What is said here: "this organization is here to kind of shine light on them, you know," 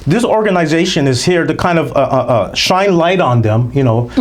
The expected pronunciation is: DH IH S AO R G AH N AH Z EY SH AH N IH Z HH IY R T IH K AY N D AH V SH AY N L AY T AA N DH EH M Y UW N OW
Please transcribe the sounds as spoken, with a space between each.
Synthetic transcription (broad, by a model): DH IH S AO R G AH N AH Z EY SH AH N IH Z HH IY R T IH K AY N D AH V SH AY N L AY T N DH EH M Y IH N OW